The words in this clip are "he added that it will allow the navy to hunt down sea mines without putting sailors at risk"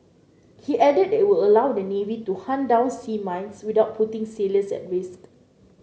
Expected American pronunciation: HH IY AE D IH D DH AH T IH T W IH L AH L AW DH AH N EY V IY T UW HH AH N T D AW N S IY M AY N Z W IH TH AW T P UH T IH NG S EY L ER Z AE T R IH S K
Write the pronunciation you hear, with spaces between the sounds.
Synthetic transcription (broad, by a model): HH IY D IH D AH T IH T W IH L AH L AW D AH N EY V IY T UW HH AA N D AW N S IY M AY N S W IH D AW T P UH T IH NG S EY L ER S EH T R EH S